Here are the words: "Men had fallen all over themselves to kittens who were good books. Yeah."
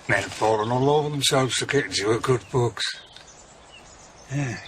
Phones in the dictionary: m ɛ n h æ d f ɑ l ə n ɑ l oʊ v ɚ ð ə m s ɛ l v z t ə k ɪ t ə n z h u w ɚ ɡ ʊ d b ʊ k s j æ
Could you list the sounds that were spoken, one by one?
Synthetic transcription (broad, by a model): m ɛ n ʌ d f ɑ l ə n ɑ l oʊ v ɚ ð ə m s ɛ l v z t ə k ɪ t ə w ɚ ɡ ʊ d b ʊ k s j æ